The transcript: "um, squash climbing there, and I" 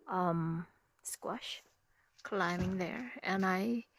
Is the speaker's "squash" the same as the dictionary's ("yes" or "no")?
yes